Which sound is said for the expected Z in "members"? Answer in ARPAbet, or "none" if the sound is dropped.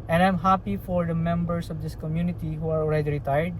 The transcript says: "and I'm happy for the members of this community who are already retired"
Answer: S